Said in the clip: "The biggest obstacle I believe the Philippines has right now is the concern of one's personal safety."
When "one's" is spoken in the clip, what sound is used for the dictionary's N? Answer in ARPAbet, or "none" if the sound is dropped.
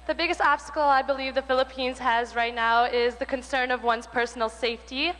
N